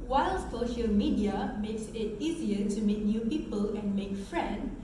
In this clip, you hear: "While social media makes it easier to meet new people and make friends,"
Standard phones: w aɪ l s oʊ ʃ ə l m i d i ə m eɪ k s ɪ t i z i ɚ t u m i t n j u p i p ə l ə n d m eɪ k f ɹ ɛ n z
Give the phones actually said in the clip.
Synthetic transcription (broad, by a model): w aɪ l s oʊ ʃ ə l m i d i ə m eɪ k s ɪ t i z i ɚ t u m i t n j u p i p ə l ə n m eɪ k f ɹ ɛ n